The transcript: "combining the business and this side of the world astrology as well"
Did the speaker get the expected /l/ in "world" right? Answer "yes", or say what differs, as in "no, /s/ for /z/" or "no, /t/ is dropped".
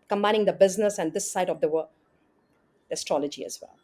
no, /l/ is dropped